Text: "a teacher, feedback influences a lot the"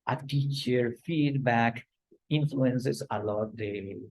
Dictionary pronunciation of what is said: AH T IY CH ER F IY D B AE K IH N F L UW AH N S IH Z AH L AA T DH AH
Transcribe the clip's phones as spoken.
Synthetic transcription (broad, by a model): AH T IY CH ER F IY D B AE K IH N F L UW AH N S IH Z AH L AA T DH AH